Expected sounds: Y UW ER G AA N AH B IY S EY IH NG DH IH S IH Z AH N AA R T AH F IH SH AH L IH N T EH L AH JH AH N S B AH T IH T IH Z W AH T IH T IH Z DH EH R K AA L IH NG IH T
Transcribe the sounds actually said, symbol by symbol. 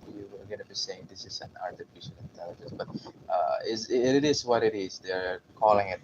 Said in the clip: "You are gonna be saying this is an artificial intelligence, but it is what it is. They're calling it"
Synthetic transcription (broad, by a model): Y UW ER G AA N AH B IY S EY IH NG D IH S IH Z AH N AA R T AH F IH SH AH N IH N T EH L AH JH AH N S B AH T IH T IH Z W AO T IH T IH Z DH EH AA K AA L IH NG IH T